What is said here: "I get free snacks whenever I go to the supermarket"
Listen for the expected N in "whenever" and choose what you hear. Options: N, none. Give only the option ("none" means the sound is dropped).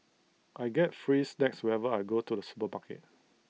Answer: none